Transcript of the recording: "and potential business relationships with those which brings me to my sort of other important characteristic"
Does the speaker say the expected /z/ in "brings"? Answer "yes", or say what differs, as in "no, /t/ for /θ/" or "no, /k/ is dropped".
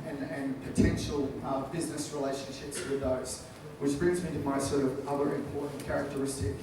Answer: yes